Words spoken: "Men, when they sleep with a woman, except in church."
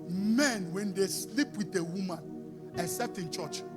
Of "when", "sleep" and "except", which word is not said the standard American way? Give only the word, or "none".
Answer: except